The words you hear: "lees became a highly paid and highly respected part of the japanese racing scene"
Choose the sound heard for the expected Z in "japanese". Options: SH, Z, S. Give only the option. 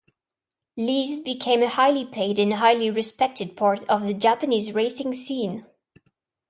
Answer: Z